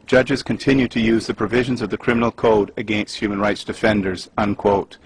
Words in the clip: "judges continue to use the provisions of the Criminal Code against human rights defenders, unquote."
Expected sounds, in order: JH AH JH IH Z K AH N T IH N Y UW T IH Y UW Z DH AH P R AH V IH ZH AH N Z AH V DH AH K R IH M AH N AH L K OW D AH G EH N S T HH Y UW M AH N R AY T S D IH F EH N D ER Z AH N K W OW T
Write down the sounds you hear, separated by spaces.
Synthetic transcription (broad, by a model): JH AH JH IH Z K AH N T IH N Y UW T IH Y UW Z DH AH P R AH V IH ZH AH N Z AH V DH AH K R IH M AH N AH L K OW D AH G EH N S T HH Y UW M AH N R AY T S D IH F EH N D ER Z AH N K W OW T